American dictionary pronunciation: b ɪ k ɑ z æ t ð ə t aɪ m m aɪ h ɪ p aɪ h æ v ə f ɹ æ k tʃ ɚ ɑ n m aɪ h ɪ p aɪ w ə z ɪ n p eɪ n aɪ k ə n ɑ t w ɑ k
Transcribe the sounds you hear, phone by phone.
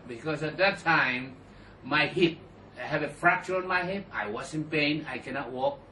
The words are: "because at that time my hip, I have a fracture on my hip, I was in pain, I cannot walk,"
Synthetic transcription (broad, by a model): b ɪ k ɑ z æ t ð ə t aɪ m m aɪ h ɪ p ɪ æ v ə f ɹ æ k tʃ ɚ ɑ n m aɪ h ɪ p aɪ w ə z ɪ n p eɪ n aɪ k ə n ɑ t w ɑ k